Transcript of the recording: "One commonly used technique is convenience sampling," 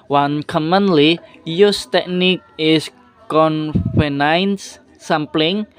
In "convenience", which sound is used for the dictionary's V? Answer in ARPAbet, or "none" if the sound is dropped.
F